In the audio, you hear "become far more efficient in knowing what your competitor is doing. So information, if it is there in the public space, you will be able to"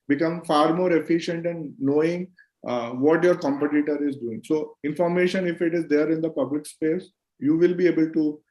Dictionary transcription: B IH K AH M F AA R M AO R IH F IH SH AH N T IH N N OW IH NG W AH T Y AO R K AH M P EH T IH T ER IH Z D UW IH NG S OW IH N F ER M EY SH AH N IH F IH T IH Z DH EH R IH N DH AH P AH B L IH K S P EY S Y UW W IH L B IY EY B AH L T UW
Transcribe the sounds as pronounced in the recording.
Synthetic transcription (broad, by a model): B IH K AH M F AA R M AO R IH F IH SH AH N T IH N N OW IH NG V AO T Y AO R K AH M P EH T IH T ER IH Z D UW IH NG S OW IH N F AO M EY SH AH N IH F IH T IH Z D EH R IH N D AH P AH B L IH K S P EY S Y UW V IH L B IY EY B AH L T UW